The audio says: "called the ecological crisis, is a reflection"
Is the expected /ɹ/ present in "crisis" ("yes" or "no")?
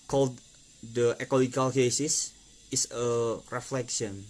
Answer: no